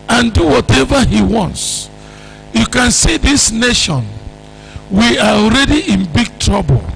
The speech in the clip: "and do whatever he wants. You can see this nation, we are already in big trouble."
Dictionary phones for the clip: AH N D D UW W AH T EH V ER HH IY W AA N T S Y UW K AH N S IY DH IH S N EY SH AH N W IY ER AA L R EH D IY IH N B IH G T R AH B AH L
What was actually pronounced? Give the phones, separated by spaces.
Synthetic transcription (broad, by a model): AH N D D UW W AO T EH V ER HH IY W AA N T S Y UW K AH N S IY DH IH S N EY SH AH N W IY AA AA L R EH D IY IH N B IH G T R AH B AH L